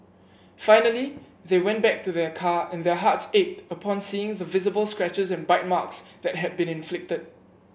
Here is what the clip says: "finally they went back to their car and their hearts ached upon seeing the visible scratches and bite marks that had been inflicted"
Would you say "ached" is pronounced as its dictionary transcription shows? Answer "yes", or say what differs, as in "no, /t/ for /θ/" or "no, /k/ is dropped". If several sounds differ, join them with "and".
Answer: yes